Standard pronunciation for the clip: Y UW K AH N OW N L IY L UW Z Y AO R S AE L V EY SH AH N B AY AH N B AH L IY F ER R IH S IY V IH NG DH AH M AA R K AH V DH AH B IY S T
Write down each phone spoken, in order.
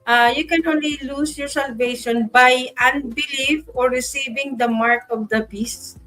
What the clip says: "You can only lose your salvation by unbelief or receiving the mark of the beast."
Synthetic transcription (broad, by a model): Y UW K AH N OW N L IY L UW S Y AO R S AE L V EY SH AH N B AY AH N B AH L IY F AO R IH S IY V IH NG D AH M AA R K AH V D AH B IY S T